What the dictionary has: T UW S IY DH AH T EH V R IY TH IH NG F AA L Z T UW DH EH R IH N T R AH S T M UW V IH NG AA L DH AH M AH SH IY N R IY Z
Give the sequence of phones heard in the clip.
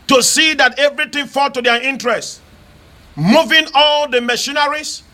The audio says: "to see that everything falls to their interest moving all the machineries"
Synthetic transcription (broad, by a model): T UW S IY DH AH T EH V R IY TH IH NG F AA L T UW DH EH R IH N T R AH S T M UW V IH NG AA L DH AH M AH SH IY N R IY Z